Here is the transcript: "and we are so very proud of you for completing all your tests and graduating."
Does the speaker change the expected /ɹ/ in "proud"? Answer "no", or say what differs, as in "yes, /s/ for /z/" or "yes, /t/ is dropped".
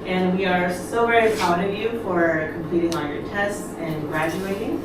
yes, /ɹ/ is dropped